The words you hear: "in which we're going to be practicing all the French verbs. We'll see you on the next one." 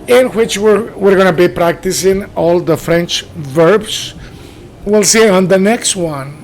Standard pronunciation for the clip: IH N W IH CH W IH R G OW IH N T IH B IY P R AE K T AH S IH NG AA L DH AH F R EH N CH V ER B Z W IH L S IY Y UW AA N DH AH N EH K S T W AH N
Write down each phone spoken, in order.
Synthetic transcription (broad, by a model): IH N W IH CH W IH R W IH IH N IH B IY P R AE K T AH S IH NG AA L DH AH F R EH N CH V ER B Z W IH L S IY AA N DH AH N EH K S T W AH N